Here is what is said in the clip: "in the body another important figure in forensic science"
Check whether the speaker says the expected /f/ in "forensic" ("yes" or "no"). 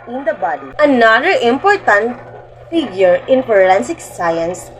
no